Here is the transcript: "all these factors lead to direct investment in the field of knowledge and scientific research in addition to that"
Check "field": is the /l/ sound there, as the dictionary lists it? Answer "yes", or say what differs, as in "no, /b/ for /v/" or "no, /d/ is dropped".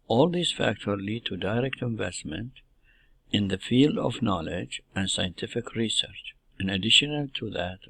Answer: yes